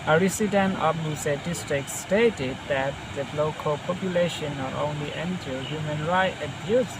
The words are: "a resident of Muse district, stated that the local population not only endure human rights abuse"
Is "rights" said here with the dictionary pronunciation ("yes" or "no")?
no